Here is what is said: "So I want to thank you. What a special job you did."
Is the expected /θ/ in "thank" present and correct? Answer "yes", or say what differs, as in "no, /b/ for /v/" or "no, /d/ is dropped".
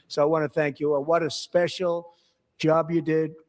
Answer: yes